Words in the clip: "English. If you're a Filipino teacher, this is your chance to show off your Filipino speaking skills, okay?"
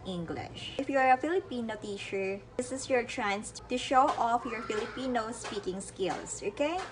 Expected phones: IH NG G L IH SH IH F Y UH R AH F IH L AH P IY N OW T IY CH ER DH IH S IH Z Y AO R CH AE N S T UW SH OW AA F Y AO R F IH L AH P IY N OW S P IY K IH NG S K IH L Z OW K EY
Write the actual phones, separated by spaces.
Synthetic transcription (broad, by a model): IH NG G L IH SH IH F Y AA R AH F IH L AH P IY N OW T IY SH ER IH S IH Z Y AO R CH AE N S T UW SH OW AA F Y AO R F IH L AH P IY N OW S P IY K IH NG S K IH L S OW K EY